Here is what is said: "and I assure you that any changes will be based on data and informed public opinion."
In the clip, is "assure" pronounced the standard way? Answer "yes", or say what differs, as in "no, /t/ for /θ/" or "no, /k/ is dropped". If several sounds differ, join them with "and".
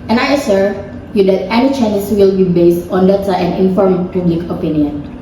no, /s/ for /ʃ/